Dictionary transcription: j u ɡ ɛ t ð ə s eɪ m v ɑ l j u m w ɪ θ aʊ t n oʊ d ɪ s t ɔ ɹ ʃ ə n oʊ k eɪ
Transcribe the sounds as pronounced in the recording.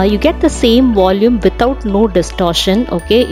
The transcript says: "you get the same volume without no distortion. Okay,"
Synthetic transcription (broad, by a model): j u ɡ ɛ t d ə s eɪ m v ɑ l j u m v ɪ t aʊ t n oʊ d ɪ s t ɔ ɹ ʃ ə n oʊ k eɪ